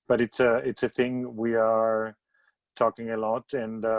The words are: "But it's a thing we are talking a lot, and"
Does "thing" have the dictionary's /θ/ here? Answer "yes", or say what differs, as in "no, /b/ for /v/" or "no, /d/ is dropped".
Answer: yes